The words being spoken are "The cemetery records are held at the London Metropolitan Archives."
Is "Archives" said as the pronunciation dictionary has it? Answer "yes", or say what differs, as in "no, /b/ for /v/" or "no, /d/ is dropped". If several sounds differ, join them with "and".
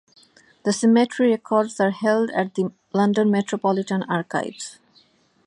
no, /b/ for /v/